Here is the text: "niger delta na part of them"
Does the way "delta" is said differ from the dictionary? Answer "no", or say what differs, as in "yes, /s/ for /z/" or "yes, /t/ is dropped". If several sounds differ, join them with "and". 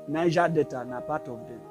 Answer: yes, /l/ is dropped